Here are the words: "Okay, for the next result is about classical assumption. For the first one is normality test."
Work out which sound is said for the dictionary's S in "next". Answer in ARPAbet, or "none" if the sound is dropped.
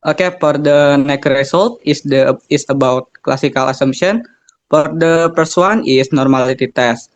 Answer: none